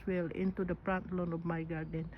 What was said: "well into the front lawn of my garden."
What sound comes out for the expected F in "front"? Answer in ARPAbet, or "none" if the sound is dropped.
P